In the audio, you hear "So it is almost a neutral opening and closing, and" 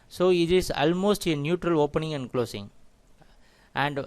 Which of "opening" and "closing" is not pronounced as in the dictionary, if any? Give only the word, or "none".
closing